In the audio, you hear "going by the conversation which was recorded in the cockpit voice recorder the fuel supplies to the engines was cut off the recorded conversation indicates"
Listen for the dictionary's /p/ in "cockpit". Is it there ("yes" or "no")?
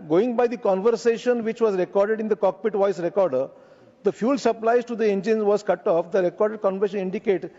yes